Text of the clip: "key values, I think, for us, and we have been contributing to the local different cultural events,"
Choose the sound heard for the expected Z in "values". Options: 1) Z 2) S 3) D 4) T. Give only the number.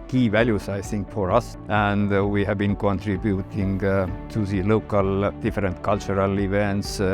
2